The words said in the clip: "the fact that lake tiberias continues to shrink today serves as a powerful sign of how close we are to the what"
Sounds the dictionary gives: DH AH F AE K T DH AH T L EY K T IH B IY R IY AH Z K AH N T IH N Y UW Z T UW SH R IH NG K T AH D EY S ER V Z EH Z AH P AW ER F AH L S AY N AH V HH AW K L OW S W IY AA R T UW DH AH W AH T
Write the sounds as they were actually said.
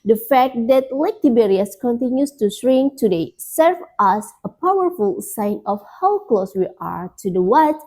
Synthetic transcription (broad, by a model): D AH F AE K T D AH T L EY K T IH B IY R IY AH S K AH N T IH N Y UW S T UW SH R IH NG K T AH D EY S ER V AA S AH P AW ER F AH L S AY N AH F HH AW K L OW S W IY AA R T UW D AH W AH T